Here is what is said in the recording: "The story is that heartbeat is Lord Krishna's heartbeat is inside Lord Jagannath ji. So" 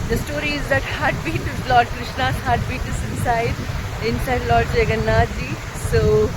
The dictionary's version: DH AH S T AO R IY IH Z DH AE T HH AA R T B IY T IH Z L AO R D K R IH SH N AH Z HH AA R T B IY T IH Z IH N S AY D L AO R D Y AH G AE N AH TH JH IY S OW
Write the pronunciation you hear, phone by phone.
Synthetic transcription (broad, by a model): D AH S T AO R IY IH Z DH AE T HH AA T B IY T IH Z L AO R D K R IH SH N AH HH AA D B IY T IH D IH N S AY D L AO R D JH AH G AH N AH JH IY S OW